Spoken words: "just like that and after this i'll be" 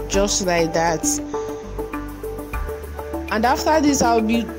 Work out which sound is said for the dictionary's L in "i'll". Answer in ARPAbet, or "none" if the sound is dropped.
W